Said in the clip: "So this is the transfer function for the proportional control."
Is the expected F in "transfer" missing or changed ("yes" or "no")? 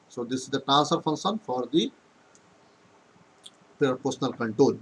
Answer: yes